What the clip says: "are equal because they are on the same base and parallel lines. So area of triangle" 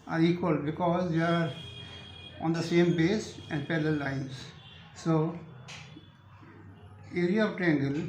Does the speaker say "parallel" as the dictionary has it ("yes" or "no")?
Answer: no